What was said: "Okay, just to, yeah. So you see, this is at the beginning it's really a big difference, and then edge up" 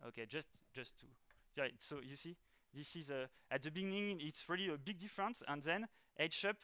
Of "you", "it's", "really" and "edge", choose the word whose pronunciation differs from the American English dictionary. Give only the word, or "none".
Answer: edge